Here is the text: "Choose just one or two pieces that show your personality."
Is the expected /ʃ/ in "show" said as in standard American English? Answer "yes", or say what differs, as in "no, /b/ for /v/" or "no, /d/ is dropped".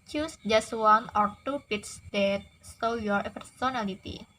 no, /s/ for /ʃ/